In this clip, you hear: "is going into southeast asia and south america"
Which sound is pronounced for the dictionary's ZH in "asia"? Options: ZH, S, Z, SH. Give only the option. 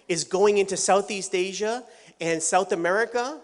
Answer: ZH